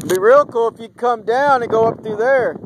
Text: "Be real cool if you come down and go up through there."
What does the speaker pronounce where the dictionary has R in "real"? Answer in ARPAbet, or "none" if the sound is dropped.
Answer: R